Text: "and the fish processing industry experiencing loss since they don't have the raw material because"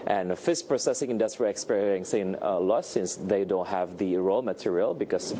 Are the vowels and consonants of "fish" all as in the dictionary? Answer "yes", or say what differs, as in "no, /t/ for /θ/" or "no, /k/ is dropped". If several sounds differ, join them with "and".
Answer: no, /s/ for /ʃ/